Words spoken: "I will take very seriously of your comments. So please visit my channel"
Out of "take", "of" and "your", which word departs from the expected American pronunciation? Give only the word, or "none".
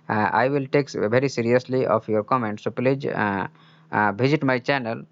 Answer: of